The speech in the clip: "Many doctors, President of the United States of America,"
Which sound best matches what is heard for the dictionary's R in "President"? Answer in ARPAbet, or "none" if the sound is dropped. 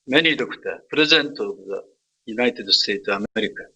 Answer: none